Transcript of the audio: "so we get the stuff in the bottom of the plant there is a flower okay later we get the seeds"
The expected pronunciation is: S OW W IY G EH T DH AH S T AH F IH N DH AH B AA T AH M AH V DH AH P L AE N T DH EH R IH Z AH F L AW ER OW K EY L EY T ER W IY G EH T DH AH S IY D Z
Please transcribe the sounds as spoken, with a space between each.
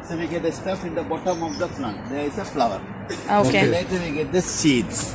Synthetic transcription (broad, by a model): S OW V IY G EH T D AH S T AH F IH N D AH B AA T AH M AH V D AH F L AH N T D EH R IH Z AH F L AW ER OW K EY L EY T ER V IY G EH T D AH S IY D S